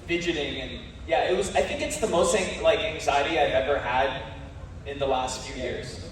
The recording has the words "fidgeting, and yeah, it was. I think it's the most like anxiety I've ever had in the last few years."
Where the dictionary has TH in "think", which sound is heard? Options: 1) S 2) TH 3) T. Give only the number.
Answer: 2